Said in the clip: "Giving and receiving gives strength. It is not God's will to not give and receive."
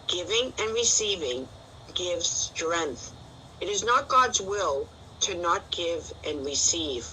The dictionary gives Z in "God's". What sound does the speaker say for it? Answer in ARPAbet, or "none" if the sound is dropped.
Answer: Z